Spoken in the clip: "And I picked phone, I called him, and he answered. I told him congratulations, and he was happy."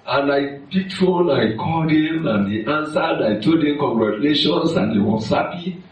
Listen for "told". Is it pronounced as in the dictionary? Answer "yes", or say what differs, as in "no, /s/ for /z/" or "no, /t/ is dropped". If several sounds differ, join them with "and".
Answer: no, /l/ is dropped